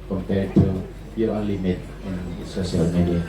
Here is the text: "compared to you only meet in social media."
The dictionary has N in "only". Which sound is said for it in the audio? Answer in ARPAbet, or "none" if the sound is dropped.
none